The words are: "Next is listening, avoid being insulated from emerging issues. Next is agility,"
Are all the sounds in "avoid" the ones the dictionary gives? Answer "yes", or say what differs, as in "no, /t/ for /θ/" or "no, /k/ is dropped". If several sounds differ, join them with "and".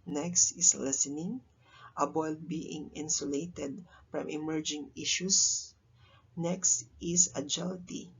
no, /b/ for /v/